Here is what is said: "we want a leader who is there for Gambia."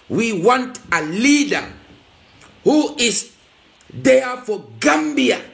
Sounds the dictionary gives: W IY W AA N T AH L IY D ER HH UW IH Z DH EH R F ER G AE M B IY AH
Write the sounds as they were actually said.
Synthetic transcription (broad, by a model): W IY W AA N T AH L IY D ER HH UW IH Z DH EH F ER G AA M B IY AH